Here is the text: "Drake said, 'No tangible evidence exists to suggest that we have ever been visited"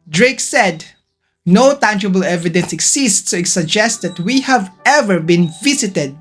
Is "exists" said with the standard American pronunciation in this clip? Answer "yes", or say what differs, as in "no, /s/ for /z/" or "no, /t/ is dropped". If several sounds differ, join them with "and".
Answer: no, /s/ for /z/